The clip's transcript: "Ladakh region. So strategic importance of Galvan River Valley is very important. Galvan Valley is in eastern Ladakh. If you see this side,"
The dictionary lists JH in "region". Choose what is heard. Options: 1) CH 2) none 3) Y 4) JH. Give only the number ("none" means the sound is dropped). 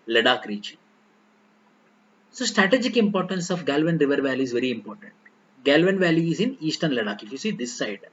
1